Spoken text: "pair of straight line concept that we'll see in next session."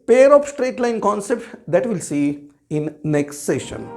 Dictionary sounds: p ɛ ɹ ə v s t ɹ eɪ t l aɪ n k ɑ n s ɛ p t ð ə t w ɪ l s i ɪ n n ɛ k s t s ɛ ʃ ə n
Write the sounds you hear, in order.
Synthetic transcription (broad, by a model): p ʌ ɹ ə p s t ɹ eɪ t l aɪ n k ɑ n s ɛ p t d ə t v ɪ l s i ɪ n n ɛ k s t s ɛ ʃ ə n